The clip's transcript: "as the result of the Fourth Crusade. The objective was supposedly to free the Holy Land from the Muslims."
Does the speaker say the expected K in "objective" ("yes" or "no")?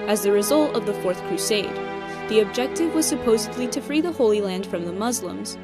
yes